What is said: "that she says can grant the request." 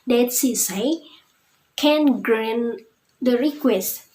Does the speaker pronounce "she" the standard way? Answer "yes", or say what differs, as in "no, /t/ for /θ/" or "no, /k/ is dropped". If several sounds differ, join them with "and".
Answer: no, /s/ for /ʃ/